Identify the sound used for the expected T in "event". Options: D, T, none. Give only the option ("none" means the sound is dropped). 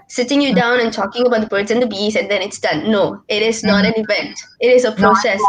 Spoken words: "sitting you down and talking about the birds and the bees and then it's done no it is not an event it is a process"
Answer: T